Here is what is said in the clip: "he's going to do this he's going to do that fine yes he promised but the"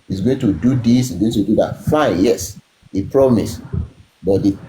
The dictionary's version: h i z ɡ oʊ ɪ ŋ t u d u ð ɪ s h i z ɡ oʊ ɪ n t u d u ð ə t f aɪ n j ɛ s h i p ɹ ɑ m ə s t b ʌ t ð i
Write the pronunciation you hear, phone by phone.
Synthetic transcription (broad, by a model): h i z ɡ oʊ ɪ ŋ t u d u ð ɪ s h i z ɡ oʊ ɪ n t u d u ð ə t f aɪ n j ɛ s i p ɹ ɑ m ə s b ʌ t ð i